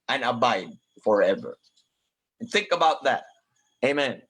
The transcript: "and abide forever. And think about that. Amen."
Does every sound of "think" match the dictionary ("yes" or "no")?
yes